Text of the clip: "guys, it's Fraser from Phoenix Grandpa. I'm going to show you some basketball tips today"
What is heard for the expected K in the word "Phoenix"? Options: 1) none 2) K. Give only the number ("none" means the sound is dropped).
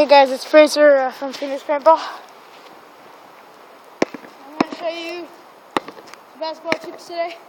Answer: 1